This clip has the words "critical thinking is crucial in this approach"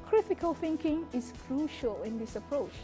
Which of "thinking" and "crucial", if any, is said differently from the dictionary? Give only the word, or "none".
none